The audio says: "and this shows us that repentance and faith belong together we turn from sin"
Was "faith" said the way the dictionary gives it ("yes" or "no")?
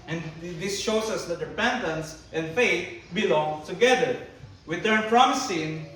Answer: no